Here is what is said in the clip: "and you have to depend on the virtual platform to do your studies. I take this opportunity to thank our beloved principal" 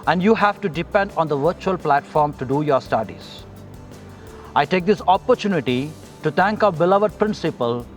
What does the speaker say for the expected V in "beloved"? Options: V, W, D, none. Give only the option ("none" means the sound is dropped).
V